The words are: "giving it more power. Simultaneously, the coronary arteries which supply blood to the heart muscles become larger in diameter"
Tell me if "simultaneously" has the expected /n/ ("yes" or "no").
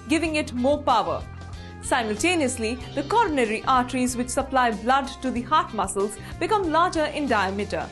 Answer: yes